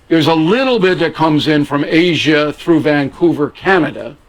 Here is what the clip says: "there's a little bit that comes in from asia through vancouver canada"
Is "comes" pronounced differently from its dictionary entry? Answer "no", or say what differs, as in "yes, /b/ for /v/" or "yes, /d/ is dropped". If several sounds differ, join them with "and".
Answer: no